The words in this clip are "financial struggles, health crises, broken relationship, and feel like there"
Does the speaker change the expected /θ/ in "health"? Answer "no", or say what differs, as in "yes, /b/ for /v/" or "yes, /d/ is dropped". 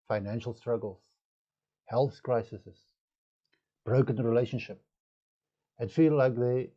no